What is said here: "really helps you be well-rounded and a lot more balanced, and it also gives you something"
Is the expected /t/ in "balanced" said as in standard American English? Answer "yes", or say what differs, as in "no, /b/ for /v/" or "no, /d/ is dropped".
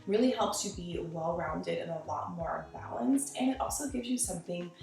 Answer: yes